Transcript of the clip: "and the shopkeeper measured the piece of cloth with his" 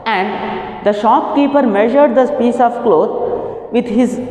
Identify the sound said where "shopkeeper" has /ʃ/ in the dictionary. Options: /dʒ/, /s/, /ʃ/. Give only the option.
/ʃ/